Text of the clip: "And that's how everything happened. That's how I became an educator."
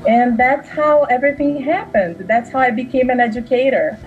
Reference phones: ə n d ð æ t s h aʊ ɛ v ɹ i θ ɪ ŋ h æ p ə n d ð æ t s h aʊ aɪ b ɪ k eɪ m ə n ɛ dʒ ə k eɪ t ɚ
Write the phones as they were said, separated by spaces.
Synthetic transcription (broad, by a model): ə n ð æ t s h aʊ ɛ v ɹ i θ ɪ ŋ h æ p ə n d ð æ t s h aʊ aɪ b ɪ k eɪ m ə n ɛ dʒ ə k eɪ t ɚ